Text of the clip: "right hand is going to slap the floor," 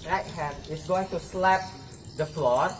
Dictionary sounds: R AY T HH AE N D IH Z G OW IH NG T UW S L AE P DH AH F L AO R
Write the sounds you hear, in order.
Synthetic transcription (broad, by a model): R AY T HH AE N IH S G OW IH NG T UW S L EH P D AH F L AO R